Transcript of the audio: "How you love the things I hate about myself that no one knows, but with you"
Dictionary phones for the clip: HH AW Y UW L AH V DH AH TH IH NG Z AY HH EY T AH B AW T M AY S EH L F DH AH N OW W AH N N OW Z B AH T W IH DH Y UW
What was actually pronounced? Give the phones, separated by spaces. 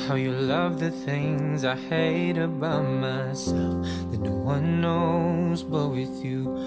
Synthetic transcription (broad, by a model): HH AW Y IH L AH V DH AH TH IH NG Z AY HH EY T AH B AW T M AY S EH L F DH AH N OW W AH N N OW Z B AH T W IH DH Y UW